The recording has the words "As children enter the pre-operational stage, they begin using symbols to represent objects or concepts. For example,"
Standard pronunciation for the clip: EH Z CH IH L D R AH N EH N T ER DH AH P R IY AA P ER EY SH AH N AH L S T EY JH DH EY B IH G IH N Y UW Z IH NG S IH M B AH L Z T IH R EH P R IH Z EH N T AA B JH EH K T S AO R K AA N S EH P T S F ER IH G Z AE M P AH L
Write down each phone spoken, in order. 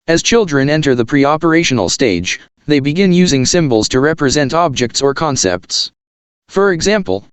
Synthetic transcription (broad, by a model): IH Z CH IH L D R AH N EH N T ER DH AH P R IY AA P ER EY SH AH N L S T EY JH DH EY B IH G IH N Y UW Z IH NG S IH M B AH L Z T IH R EH P R IH Z EH N T AA B JH EH K T S AO R K AA N S EH P T S F ER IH G Z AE M P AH L